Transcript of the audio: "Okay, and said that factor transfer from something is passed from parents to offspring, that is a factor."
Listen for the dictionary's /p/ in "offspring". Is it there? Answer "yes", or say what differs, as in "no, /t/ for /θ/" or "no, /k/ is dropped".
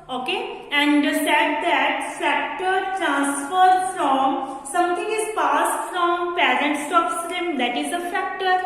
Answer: no, /p/ is dropped